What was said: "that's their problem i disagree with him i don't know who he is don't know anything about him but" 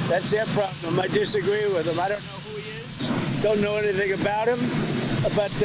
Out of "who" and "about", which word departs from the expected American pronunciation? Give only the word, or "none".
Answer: none